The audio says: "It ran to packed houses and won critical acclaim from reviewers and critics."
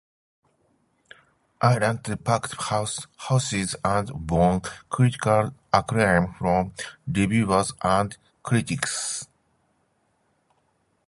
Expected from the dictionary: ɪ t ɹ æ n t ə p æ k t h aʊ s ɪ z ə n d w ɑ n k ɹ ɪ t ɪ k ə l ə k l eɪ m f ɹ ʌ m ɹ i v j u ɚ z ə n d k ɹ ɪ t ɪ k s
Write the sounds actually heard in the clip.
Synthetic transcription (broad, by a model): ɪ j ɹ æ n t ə p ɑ k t h aʊ s ɪ z ə n d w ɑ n k ɹ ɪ t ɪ k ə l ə k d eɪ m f ɹ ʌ m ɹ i b j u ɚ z ə n d k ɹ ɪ t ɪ k s